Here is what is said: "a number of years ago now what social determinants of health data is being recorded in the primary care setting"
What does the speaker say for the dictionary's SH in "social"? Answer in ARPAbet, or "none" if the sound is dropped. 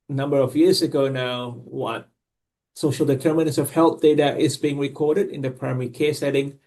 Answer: SH